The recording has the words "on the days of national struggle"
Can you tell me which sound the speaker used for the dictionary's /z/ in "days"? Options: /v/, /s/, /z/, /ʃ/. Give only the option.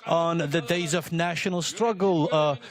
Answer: /z/